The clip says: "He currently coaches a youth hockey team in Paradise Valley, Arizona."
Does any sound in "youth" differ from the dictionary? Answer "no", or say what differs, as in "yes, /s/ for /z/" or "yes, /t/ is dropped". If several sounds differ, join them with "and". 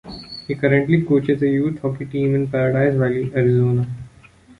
yes, /t/ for /θ/